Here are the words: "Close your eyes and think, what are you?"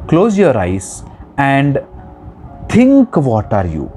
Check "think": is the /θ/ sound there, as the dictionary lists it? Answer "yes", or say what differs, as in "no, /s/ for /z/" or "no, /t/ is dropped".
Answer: no, /t/ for /θ/